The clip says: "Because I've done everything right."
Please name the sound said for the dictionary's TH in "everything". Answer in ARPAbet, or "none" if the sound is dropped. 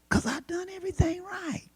TH